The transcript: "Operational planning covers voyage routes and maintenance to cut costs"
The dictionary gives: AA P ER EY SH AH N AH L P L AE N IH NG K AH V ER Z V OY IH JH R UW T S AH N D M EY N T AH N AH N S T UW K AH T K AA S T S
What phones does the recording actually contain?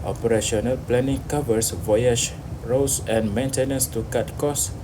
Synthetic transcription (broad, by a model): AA P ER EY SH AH N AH L P L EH N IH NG K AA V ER S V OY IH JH R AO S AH N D M EY N T AH N AH N S T UW K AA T K AA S S